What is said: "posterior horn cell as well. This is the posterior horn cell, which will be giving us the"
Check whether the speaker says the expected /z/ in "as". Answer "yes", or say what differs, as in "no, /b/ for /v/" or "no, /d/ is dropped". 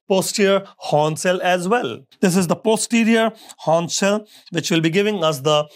yes